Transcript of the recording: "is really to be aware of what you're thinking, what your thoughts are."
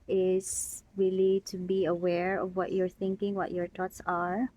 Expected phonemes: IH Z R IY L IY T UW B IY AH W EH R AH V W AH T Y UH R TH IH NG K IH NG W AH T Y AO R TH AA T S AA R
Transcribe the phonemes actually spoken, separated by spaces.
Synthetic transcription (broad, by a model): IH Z R IY L IY T UW B IY AH W EH R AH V W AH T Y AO R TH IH NG K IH NG W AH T Y AO R T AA T S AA R